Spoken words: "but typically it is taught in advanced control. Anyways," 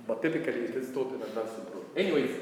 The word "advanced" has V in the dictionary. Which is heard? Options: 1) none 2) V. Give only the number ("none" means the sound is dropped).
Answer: 1